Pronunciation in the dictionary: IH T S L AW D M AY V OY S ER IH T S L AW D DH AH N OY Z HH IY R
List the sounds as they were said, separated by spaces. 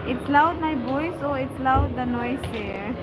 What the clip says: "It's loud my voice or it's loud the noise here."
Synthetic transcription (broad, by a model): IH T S L AW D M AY B OY S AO IH T S L AW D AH N OY S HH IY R